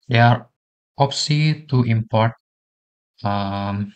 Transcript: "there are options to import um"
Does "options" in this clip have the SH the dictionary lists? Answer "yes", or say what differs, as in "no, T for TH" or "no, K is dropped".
no, S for SH